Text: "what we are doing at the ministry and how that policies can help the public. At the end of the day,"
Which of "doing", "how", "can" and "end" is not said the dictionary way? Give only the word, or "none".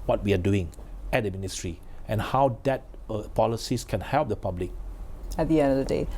end